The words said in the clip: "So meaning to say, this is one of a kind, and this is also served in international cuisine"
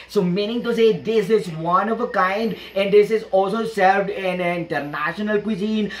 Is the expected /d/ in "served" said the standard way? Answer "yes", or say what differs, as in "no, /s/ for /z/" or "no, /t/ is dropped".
yes